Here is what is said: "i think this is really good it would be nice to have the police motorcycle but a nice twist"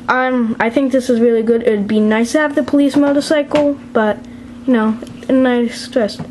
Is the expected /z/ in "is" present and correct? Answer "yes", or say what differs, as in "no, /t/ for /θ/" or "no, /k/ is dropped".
yes